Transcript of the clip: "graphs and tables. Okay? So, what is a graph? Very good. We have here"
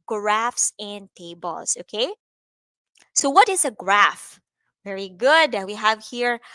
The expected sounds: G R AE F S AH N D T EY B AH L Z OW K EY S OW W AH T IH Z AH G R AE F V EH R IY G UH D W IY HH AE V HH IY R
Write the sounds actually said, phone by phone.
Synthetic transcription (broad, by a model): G R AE F S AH N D T EY B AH L S OW K EY S OW W AH T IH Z AH G R AE F V EH R IY G UH D W IY HH AE V HH IY R